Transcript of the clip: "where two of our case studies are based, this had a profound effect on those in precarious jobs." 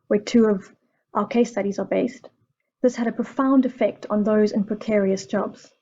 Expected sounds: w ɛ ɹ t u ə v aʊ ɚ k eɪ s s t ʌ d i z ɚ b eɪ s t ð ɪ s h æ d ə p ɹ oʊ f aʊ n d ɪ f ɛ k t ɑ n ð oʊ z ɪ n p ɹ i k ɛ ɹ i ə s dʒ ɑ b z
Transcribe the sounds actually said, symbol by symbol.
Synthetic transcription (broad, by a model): w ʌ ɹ t u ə v aʊ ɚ k eɪ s s t ʌ d i z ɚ b eɪ s t ð ɪ s h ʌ d ə p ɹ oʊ f aʊ n d ɪ f ɛ k t n ð oʊ z ɪ n p ɹ i k ɛ ɹ i ə s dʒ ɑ b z